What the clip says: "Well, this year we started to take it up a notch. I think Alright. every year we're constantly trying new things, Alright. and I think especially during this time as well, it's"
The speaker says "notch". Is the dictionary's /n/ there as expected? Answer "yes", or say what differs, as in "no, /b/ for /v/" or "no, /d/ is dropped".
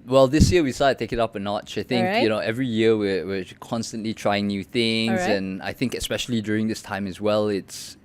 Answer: yes